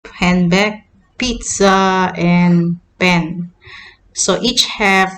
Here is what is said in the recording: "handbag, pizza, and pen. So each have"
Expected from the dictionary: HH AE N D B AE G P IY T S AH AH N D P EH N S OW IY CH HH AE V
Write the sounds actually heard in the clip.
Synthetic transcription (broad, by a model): HH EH N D B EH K P IY T S AH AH N P EH N S OW IY CH HH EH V